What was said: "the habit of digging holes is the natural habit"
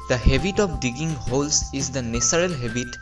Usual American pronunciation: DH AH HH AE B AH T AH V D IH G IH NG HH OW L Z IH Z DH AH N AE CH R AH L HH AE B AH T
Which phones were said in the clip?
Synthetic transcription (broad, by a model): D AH HH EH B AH T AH P D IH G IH NG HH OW L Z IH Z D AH N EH S R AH L HH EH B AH T